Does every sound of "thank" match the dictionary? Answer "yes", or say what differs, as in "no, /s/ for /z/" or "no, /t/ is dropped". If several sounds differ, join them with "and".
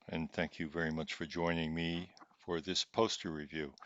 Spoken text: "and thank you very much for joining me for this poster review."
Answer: yes